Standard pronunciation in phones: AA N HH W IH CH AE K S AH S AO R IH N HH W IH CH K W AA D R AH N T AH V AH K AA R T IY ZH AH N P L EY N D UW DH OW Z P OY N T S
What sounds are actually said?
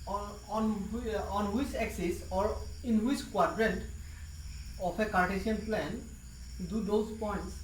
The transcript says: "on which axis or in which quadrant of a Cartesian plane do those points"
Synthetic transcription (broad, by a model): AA N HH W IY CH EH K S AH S AO R IH N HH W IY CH K W AA D R AH N T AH P AH K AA R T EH S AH N P L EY N D UW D OW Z P OY N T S